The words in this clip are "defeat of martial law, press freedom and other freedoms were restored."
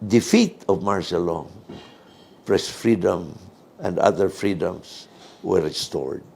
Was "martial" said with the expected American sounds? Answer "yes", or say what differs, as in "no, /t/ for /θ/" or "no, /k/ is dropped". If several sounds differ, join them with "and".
no, /s/ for /ʃ/